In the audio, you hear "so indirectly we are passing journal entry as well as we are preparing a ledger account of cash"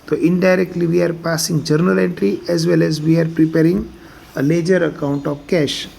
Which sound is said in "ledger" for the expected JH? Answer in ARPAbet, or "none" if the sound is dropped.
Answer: JH